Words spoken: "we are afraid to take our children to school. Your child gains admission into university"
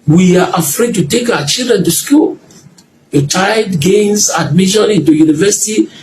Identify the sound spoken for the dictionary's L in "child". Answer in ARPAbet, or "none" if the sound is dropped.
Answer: none